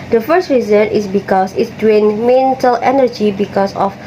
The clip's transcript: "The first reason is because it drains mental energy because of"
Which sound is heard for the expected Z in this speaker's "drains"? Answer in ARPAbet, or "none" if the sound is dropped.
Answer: none